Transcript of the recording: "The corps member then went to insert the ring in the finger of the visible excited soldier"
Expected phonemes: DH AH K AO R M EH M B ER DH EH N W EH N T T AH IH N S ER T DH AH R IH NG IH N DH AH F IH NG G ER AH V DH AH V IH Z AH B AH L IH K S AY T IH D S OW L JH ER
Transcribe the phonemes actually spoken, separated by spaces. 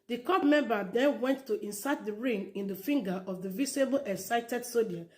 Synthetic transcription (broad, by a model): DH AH K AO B M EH M B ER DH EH N W EH N T T AH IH N S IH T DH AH R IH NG IH N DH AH F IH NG G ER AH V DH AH V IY S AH B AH L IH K S AY T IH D S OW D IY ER